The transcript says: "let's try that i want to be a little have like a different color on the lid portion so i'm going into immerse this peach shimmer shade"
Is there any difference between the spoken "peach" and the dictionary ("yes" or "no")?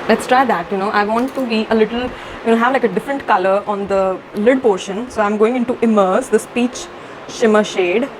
no